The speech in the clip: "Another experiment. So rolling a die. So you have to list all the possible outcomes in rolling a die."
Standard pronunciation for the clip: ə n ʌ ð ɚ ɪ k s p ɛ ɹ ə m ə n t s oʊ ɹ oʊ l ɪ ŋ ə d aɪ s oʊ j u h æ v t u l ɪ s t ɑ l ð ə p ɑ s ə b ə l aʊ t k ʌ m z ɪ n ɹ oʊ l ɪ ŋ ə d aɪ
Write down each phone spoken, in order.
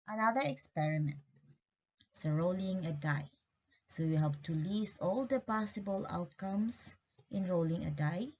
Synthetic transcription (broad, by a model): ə n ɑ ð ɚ ɪ k s p ɛ ɹ ə m ə n t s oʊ ɹ oʊ l ɪ ŋ ə d aɪ s oʊ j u h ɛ p t u l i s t ɑ l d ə p ɑ s ə b ə l aʊ t k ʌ m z ɪ n ɹ oʊ l ɪ ŋ ə d aɪ